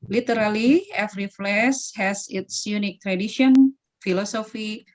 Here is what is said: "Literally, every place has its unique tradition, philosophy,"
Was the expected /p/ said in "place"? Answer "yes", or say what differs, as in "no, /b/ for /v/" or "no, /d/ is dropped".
no, /f/ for /p/